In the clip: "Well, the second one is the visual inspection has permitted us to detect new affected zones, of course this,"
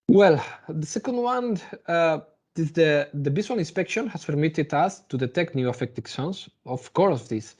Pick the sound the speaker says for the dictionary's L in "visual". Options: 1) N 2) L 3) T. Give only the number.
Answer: 1